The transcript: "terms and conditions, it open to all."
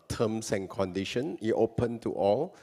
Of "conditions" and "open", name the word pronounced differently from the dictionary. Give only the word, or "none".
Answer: conditions